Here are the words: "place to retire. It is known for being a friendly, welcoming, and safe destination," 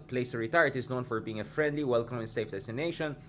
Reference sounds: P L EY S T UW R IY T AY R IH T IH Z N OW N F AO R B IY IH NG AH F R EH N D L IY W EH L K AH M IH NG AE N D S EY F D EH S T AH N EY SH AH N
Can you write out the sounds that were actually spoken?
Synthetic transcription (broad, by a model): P L EY S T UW R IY T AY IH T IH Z N OW N F AO R B IY IH NG AH F R EH N D L IY W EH L K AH M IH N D S EY F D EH S T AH N EY SH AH N